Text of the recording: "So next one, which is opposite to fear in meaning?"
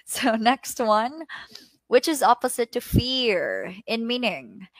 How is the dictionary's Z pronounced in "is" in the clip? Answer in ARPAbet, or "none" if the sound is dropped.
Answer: Z